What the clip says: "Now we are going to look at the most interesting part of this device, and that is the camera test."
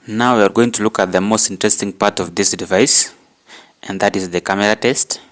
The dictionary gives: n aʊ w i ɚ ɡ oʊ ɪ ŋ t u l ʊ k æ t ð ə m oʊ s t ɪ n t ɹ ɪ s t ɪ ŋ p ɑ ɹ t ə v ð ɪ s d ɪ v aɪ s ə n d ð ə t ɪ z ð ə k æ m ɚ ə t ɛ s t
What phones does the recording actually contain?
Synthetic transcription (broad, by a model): n aʊ w i ɚ ɡ oʊ ɪ ŋ t u l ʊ k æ t ð ə m oʊ s t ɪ n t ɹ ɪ s t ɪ ŋ p ɑ ɹ t ə v ð ɪ s d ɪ v aɪ s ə n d ð ə t ɪ z ð ə k æ m ɚ ə t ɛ s t